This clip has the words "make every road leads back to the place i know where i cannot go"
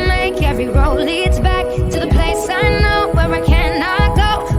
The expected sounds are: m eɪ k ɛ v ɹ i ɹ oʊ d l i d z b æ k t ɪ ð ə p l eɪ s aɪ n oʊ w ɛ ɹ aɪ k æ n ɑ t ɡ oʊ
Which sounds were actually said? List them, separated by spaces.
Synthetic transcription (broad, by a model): m eɪ k ɛ v ɹ i ɹ oʊ l i d z b æ k t ɪ ð ə p l eɪ s aɪ n oʊ w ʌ ɹ aɪ k æ n ɑ t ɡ oʊ